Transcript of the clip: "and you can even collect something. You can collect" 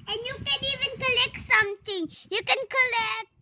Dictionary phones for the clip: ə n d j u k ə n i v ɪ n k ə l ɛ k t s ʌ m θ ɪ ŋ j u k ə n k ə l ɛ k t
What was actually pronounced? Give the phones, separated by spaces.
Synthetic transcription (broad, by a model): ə n j u k ə n i v ɪ n k ə l ɛ k t s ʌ m t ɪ ŋ j u k ə n k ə l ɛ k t